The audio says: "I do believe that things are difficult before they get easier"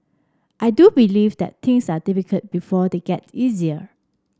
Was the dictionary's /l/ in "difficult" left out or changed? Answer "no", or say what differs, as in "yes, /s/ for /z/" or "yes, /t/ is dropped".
yes, /l/ is dropped